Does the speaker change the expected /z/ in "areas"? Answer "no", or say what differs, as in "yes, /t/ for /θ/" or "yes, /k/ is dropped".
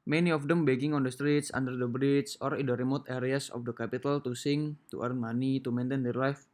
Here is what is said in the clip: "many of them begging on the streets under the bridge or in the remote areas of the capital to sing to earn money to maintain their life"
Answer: yes, /s/ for /z/